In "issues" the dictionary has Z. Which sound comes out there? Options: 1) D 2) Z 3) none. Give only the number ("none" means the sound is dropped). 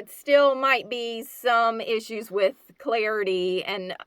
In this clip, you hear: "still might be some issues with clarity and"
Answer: 2